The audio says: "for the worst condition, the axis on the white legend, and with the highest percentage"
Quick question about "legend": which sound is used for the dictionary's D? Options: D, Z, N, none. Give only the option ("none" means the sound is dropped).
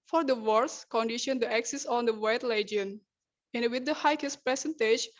none